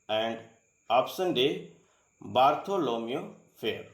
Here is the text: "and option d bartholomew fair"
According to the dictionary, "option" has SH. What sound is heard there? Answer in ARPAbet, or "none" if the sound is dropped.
S